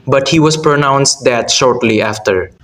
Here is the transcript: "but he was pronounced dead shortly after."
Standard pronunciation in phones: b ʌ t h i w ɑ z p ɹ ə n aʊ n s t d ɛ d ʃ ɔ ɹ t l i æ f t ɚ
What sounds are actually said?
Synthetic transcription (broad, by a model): b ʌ t h i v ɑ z p ɹ ə n aʊ n s t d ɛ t ʃ ɔ ɹ t l i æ f t ɚ